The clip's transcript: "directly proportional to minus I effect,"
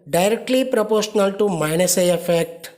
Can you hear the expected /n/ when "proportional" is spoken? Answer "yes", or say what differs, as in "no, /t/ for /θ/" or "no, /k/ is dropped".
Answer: yes